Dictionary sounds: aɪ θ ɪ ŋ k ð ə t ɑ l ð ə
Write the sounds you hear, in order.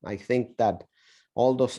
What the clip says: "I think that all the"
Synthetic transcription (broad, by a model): aɪ θ ɪ ŋ k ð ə t ɑ l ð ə